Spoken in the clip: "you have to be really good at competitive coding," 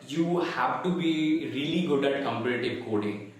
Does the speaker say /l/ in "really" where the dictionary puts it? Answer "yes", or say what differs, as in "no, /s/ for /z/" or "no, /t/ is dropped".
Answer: yes